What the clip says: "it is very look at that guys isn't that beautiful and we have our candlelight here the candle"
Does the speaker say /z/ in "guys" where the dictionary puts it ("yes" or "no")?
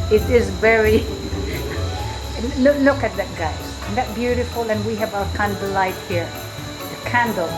no